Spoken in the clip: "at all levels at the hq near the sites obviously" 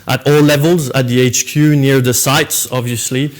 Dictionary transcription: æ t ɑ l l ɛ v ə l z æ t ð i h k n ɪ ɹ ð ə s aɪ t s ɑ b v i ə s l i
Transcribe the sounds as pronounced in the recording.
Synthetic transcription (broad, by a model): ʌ t ɑ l l ɛ v ə l z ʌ t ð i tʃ k n ɪ ɹ ð ə s aɪ t s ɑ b v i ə s l i